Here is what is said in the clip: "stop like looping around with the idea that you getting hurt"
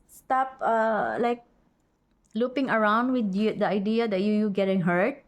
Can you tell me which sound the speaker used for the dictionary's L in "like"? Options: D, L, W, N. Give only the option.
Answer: L